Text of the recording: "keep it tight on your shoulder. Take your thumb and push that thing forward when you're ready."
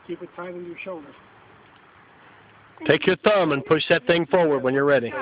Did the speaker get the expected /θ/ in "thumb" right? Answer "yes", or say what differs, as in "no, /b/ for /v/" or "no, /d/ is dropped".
yes